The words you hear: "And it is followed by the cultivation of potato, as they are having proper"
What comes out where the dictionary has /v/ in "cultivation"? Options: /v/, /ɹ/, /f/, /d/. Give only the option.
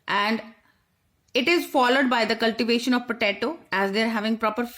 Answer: /v/